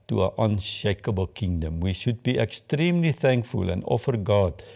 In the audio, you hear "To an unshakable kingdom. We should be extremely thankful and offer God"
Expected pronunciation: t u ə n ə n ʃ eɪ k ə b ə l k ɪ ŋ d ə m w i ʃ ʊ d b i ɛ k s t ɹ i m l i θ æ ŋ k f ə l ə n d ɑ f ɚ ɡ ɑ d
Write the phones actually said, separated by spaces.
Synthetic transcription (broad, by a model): t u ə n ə n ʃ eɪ k ə b ə l k ɪ ŋ d ə m w i ʃ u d b i ɛ k s t ɹ i m l i θ æ ŋ k f ə l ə n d ɑ f ɚ ɡ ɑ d